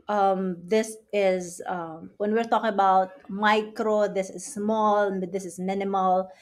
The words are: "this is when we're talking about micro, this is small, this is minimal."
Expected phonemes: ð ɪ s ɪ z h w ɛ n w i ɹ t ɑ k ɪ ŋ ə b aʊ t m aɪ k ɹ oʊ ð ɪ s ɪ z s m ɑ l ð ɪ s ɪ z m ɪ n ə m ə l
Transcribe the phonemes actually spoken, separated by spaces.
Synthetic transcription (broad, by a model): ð ɪ s ɪ z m w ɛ n w i ɹ t ɑ k ɪ ŋ ə b aʊ t m aɪ k ɹ oʊ ð ɪ s ɪ z s m ɑ l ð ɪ s ɪ z m ɪ n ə m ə l